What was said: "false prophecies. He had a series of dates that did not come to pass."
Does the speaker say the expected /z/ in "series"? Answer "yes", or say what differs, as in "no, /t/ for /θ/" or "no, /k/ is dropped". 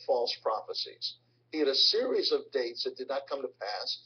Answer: yes